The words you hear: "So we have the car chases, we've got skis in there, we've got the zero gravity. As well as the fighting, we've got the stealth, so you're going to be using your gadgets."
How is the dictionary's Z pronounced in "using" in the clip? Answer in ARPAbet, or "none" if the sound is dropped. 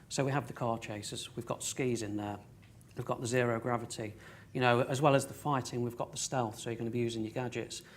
Z